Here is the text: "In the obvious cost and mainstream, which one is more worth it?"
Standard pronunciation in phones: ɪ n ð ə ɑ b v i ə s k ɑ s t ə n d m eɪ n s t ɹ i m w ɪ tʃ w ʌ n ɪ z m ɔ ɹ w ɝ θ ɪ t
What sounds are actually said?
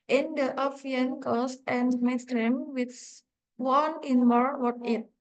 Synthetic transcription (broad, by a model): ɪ n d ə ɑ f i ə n k ɑ s t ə n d m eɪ s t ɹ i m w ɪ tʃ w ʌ n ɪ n m ɔ ɹ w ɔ t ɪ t